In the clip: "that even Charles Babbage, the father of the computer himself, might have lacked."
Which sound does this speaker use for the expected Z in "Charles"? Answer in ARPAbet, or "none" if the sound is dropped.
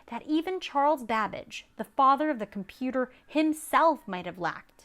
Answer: Z